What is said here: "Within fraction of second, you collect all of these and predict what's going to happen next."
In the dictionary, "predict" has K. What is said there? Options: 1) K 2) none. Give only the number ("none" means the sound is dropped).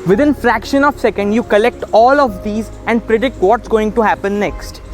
1